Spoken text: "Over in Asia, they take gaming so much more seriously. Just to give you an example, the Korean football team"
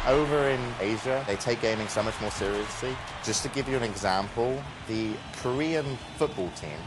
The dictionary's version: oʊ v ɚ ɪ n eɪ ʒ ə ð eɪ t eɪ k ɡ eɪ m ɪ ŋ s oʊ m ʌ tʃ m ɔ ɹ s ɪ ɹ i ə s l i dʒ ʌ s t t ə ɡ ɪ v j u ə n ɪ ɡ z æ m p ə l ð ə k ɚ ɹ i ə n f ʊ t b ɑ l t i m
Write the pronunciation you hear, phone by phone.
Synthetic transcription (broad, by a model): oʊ v ɚ ɪ n eɪ ʒ ə ð eɪ t eɪ k ɡ eɪ m ɪ ŋ s oʊ m ʌ tʃ m ɔ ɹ s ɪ ɹ i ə s l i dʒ ʌ s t t ə ɡ ɪ v j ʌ ə n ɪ ɡ z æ m p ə l ð ə k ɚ ɹ i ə n f ʊ t b ɑ l t i m